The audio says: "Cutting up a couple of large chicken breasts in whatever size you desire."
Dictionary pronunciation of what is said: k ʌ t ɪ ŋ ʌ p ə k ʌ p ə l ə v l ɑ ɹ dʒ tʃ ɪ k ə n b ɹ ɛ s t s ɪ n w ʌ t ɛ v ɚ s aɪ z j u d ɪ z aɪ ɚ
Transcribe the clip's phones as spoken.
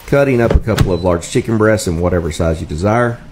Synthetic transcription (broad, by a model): k ʌ t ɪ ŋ ʌ p ə k ʌ p l ə v l ɑ ɹ dʒ tʃ ɪ k ə n b ɹ ɛ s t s ɪ n w ʌ t ɛ v ɚ s aɪ z j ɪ d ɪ z aɪ ɚ